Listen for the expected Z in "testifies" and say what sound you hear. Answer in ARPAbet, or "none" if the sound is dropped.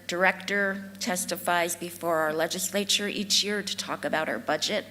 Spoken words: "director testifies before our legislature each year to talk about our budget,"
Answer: Z